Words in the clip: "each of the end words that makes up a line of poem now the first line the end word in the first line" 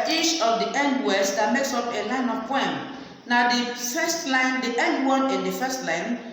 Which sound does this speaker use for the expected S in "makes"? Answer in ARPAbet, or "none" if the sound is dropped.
S